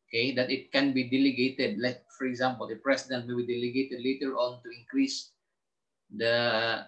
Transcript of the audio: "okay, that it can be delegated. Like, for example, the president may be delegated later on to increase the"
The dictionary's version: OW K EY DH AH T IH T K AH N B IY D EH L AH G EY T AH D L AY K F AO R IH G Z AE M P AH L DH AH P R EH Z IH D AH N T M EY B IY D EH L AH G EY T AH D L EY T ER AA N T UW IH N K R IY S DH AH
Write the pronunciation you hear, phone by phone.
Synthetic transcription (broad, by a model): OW K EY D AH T IH T K AH N B IY D EH L AH G EY T AH D L AY K F AO R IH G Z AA M P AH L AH P R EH S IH D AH N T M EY B IY D EH L AH G EY T AH D L EY T ER AA N T UW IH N K R IY S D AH